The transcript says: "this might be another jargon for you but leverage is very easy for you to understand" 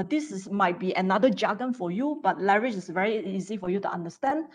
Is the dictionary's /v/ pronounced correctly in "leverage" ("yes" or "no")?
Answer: no